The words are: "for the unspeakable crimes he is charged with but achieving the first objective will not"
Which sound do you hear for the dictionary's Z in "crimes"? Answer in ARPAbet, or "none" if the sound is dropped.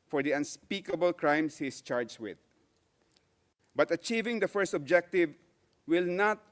S